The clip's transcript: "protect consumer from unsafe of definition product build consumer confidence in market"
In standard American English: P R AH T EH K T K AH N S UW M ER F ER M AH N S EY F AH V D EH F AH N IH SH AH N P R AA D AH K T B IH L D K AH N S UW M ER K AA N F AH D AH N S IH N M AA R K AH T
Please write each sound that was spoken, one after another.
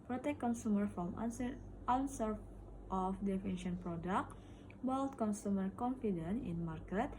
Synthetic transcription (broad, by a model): P R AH T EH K K AH N S UW M ER F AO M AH N S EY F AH F D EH F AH N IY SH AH N P R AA D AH K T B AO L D K AH N S UW M ER K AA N F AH D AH N IH N M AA R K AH T